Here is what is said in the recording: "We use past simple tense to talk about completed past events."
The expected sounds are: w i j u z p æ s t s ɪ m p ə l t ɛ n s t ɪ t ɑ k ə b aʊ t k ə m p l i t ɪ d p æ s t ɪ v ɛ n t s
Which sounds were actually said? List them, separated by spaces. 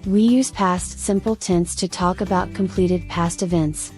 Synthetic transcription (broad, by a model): w i j u z p æ s t s ɪ m p l t ɛ n s t ɪ t ɑ k ə b aʊ t k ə m p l i t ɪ d p æ s t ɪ v ɛ n t s